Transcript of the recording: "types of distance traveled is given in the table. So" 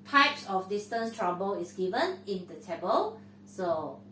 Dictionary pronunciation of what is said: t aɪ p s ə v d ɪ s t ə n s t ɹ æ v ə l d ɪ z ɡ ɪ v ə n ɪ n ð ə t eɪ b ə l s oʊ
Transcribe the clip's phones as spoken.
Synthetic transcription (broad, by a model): t aɪ p s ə f d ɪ s t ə n s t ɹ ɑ b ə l ɪ s ɡ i v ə n ɪ n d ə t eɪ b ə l s oʊ